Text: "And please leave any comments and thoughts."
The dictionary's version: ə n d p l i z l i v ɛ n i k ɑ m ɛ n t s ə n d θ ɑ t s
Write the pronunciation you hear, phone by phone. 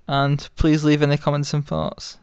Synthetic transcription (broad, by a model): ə n p l i z l i v ɛ n i k ɑ m ɛ n t s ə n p ɑ t s